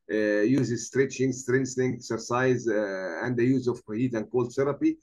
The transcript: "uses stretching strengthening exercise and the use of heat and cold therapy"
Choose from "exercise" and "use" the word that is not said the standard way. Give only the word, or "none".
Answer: none